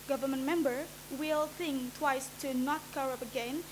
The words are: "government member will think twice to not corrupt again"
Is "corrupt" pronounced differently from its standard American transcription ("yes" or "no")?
yes